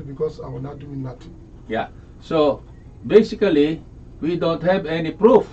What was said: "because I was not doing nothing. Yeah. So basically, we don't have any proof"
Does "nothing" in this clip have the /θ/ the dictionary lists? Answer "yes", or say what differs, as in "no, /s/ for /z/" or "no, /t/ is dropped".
no, /t/ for /θ/